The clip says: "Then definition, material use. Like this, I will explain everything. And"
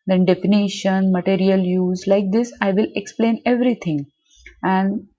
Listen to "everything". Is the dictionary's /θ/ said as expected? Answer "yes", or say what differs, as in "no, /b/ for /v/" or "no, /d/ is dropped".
no, /t/ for /θ/